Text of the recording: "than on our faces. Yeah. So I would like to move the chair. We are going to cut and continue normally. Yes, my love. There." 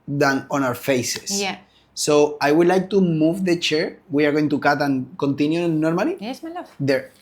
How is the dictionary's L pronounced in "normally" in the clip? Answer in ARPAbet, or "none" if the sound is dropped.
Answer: none